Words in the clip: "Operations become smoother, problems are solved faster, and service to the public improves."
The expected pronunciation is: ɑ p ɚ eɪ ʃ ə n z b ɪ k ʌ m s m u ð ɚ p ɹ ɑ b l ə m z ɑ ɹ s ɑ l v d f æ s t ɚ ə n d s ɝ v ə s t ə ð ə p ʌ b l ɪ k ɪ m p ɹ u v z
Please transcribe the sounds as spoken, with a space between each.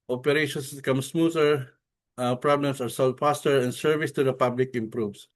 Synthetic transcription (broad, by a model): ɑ p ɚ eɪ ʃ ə n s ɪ k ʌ m s m u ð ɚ p ɹ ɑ b l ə m s ɑ ɹ s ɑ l d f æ s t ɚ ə n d s ɝ v ə s t ə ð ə p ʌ b l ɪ k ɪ m p ɹ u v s